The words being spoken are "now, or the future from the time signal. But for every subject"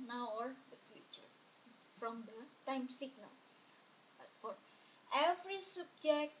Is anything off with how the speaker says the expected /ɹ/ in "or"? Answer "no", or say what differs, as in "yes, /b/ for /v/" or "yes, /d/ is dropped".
no